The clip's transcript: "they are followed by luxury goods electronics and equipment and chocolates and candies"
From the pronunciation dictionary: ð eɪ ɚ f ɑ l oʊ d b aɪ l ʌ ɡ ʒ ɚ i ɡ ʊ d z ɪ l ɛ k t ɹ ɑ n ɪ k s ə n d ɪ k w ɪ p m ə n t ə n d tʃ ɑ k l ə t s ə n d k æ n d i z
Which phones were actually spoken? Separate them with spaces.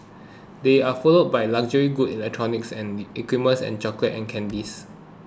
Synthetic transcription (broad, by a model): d eɪ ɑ f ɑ l oʊ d b aɪ l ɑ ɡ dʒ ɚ i ɡ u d ɪ l ɛ k t ɹ ɑ n ɪ k s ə n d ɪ k w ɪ m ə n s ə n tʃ ɑ k l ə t ə n k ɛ n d i s